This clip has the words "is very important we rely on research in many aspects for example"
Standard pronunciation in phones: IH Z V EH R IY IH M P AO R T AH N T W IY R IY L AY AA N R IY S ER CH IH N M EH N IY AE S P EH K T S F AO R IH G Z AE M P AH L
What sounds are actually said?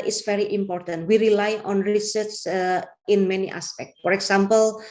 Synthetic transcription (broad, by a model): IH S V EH R IY IH M P AO R T AH N T W IY R IY L AY AA N R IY S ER S IH N M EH N IY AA S P EH K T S F AO R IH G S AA M P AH L